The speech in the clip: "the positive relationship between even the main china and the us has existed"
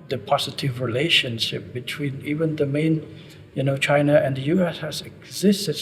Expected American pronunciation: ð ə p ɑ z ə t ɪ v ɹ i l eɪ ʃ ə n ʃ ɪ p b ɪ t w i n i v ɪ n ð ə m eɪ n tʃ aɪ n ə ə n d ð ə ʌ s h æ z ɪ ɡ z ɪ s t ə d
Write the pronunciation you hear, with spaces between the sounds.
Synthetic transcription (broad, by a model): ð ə p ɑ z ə t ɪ v ɹ i l eɪ ʃ ə n ʃ ɪ p b ɪ t w i n i v ɪ n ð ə m eɪ n tʃ aɪ n ə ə n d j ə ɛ s h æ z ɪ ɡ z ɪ s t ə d